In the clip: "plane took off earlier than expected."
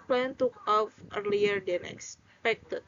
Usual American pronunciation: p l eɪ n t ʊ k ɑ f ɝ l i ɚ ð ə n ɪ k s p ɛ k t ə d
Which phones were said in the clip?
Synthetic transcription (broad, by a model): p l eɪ n t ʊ k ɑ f ɝ l i ɚ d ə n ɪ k s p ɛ k t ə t